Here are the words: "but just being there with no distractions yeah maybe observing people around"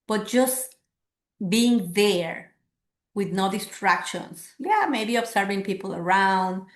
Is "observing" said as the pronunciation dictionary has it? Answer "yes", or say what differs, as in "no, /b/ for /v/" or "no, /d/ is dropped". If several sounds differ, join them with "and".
no, /s/ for /z/